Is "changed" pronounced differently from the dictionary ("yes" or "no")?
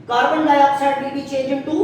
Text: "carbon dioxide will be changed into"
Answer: yes